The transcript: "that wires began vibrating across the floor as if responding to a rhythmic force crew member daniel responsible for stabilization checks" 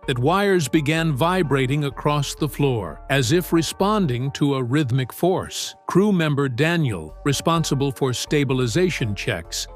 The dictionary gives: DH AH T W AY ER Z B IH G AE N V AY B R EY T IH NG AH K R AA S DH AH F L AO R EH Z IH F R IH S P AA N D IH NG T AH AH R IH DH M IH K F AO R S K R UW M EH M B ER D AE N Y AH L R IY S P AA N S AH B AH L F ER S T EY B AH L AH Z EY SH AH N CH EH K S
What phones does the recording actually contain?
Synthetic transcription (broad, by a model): DH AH T W AY ER Z B IH G AE N V AY B R EY T IH NG AH K R AA S DH AH F L AO R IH Z IH F R IH S P AA N D IH NG T AH AH R IH DH M IH K F AO R S K R UW M EH M B ER D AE N Y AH L R IY S P AA N S AH B AH L F ER S T EY B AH L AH Z EY SH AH N CH EH K S